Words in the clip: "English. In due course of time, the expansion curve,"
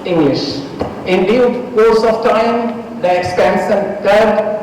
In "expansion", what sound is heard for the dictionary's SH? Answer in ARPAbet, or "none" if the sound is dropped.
S